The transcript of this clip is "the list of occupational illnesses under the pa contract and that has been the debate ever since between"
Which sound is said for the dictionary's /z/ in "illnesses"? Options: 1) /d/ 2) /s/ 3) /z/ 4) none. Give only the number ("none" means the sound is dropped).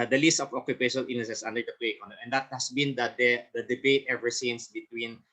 2